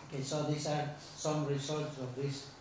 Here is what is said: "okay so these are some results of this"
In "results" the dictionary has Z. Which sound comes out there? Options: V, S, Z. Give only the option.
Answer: S